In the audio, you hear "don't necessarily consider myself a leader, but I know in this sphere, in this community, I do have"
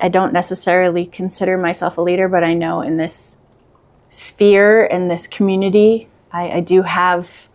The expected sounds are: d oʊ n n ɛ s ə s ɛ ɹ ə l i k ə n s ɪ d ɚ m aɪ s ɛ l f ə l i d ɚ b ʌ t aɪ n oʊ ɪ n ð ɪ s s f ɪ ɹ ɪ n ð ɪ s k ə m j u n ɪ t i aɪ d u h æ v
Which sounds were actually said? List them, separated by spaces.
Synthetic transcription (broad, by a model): d oʊ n n ɛ s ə s ɛ ɹ l i k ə n s ɪ d ɚ m aɪ s ɛ l f ə l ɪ d ɚ b ʌ t aɪ n oʊ ɪ n ð ɪ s s f ɪ ɹ ɪ n ð ɪ s k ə m j u n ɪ t i aɪ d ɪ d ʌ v